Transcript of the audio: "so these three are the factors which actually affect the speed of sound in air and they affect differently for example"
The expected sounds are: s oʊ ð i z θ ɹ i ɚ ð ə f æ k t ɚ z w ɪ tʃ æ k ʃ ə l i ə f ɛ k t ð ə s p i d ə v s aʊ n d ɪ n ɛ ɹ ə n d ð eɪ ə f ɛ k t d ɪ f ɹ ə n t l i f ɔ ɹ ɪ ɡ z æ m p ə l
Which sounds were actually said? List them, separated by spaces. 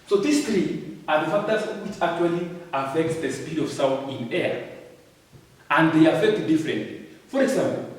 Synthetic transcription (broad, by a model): s oʊ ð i s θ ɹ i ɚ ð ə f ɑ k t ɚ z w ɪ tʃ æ k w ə l i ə f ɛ k t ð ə s p i d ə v s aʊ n ɪ n ɛ ɹ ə n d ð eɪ ə f ɛ k t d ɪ f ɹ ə n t l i f ɔ ɹ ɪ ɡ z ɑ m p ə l